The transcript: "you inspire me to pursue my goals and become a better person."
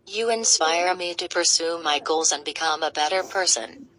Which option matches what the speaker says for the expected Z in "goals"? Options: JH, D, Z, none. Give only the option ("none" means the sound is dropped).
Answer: Z